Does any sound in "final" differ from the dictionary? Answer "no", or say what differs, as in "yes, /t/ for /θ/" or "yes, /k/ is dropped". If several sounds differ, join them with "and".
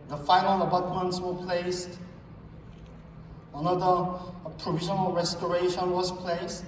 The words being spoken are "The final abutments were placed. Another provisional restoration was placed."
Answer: no